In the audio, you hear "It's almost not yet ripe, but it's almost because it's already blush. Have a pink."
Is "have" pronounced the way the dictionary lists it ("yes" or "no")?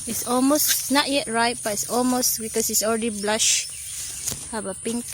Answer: no